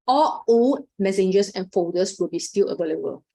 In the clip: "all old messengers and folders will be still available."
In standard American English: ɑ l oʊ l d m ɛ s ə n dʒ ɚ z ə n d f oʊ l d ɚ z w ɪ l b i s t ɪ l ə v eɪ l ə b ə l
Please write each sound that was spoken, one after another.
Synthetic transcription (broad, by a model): ɑ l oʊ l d m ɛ s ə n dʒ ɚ s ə n f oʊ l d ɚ s w ɪ l b i s t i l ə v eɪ l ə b ə l